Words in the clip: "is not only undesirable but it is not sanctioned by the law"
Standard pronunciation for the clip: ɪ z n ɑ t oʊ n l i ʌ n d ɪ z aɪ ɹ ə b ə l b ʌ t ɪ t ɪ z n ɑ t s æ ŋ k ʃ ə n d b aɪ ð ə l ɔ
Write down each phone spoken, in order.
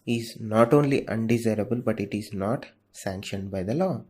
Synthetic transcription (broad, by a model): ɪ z n ɑ t oʊ n l i ʌ n d ɪ z aɪ ɹ ə b ə l b ʌ t ɪ t ɪ z n ɑ t s æ ŋ k ʃ ə n d b aɪ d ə l ɔ